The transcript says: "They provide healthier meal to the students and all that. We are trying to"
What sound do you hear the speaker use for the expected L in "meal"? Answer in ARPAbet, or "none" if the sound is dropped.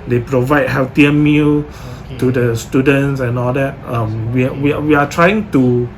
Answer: L